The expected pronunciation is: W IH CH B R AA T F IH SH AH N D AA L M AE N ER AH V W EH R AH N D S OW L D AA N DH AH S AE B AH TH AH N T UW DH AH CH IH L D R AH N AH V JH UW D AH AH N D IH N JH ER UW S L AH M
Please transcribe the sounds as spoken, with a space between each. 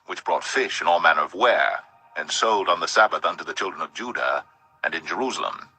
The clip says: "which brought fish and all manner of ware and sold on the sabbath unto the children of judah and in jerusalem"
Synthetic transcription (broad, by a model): W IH CH B R AA T F IH SH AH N AA L M AE N ER AH V W EH R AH N S OW L D N DH AH S AE B AH TH AH N T UW DH AH CH IH L D R AH N AH V JH UW D AH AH N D IH N JH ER UW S L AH M